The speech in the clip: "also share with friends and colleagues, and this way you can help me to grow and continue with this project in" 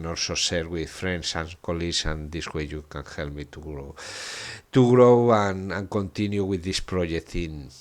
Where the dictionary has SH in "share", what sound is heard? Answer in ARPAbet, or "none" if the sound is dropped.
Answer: S